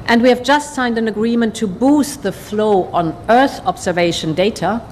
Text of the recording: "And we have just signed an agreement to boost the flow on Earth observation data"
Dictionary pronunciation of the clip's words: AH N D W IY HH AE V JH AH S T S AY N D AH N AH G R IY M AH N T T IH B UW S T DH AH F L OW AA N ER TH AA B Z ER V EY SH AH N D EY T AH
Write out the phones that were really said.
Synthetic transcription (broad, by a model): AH N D W IY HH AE V JH AH S T S AY N D AH N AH G R IY M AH N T T IH B UW S T DH AH F L OW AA N ER TH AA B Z ER V EY SH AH N D EY T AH